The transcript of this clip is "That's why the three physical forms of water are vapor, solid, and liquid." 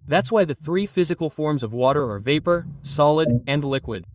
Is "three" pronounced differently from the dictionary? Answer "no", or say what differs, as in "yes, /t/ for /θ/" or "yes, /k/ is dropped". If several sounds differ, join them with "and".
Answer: no